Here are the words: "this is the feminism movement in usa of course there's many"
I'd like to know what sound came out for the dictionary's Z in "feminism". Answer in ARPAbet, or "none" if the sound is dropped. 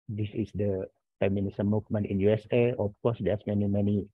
S